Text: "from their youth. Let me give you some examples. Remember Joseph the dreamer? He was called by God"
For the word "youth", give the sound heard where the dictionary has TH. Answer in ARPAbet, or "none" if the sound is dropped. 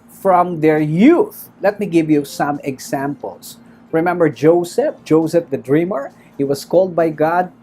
TH